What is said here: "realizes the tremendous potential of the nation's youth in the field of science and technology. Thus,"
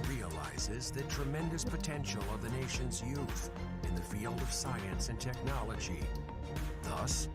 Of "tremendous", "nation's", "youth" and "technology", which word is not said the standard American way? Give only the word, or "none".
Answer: none